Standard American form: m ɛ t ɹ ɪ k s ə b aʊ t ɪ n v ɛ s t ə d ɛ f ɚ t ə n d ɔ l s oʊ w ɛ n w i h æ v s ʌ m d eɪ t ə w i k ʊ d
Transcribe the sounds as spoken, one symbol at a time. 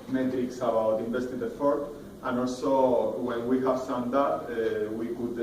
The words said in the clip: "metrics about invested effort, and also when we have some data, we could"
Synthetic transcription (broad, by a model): m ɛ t ɹ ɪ k s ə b aʊ t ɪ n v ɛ s t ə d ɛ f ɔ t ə n ɔ l s oʊ w ɛ n w i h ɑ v s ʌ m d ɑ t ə w i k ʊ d